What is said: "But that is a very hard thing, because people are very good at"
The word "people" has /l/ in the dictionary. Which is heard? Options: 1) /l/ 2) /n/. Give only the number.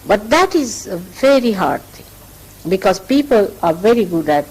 1